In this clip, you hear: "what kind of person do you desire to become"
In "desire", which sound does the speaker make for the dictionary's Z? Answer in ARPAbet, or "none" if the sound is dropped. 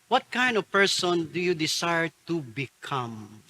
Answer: S